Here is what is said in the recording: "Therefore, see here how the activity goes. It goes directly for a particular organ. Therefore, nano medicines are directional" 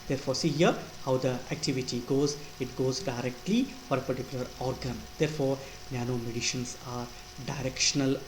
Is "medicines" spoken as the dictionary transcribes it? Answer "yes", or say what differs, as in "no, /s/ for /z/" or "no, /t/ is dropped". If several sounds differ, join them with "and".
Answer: no, /ʃ/ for /s/